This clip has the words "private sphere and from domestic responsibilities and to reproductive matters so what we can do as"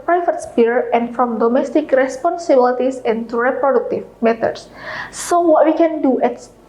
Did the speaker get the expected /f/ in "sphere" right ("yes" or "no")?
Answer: no